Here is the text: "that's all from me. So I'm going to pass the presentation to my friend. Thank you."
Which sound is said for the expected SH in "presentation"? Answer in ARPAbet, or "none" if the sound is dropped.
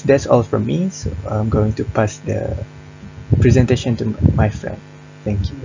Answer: SH